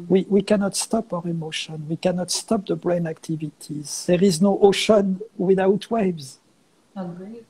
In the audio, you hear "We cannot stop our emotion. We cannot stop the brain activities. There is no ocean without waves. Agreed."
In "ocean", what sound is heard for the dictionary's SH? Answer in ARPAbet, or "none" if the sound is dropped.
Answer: SH